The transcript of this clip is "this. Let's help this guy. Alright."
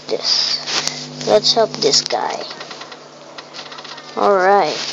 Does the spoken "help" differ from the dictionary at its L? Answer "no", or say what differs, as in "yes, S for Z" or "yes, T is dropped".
yes, L is dropped